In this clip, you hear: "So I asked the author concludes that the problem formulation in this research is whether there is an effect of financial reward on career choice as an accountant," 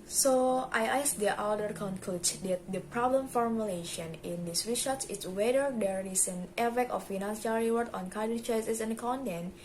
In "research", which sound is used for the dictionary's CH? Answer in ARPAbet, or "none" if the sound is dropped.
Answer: S